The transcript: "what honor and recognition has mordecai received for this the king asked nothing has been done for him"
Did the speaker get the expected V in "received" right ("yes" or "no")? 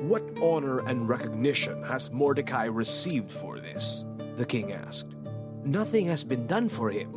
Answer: yes